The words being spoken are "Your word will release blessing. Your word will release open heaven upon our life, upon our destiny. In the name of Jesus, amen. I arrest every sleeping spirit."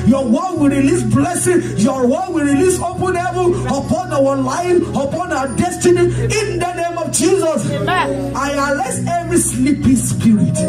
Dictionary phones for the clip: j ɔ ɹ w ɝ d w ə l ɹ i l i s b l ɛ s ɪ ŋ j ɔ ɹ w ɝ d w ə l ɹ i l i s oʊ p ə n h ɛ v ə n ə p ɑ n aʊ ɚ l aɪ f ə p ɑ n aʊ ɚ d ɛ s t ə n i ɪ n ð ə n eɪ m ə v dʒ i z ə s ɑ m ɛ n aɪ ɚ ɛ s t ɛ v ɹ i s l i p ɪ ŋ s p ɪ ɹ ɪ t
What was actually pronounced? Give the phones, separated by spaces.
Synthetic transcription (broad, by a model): j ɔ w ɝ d w ə l ɹ i l i s b l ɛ s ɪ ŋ j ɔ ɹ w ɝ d w ə l ɹ i l i s oʊ p ə n h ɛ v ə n ə p ɑ n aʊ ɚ l aɪ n ə p ɑ n aʊ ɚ d ɛ s t ə n i ɪ n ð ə n eɪ m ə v dʒ i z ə s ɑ ɑ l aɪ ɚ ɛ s ɛ v ɹ i s l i p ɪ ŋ s p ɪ ɹ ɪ t